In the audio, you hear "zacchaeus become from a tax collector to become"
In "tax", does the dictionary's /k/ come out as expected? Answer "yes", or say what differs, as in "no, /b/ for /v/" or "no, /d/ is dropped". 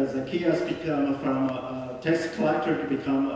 no, /k/ is dropped